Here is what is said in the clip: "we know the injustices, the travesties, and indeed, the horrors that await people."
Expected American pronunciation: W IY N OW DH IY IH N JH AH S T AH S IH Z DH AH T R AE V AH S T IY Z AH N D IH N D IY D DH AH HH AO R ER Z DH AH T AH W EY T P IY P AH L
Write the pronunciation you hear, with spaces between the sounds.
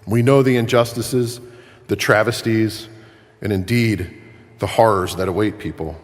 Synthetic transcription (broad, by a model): W IY N OW DH IY IH N JH AH S T AH S IH Z DH AH T R AE V AH S T IY Z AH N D IH N D IY D DH AH HH AO R ER Z DH AH T AH W EY T P IY P L